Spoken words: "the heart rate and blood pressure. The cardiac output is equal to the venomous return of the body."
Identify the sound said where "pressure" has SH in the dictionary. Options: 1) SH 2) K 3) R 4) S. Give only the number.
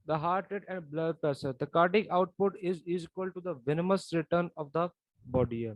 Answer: 4